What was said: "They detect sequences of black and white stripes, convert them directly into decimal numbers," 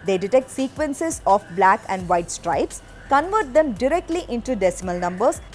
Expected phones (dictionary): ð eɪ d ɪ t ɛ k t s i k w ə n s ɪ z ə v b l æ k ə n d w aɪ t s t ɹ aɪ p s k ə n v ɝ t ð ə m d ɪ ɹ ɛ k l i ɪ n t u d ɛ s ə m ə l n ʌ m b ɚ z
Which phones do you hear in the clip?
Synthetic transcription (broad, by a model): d eɪ d ɪ t ɛ k t s i k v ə n s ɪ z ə f b l æ k ə n d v aɪ t s t ɹ aɪ p s k ə n v ɝ t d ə m d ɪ ɹ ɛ k l i ɪ n t u d ɛ s ə m ə l n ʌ m b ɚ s